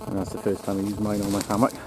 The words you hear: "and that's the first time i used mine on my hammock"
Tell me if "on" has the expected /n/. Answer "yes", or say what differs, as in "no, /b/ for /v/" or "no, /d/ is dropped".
no, /l/ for /n/